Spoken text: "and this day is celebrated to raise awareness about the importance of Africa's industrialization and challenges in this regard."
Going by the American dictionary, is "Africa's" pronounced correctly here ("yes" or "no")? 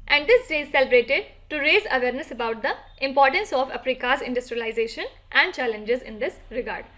no